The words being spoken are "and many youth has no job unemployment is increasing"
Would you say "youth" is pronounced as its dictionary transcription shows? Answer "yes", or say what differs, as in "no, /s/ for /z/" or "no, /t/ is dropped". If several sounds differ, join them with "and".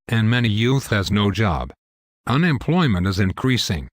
yes